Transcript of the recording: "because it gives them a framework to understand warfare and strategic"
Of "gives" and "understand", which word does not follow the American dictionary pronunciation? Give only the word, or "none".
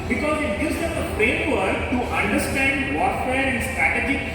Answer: gives